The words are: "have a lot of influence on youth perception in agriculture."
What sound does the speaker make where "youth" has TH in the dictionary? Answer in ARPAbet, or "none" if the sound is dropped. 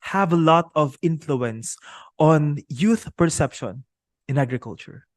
TH